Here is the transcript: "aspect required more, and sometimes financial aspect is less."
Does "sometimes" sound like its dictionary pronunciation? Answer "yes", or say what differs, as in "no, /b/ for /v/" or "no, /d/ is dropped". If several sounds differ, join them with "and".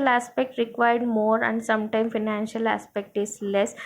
no, /z/ is dropped